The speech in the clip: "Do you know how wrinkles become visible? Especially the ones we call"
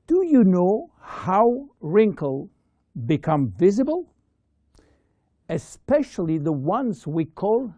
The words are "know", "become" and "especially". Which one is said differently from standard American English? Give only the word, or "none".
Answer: none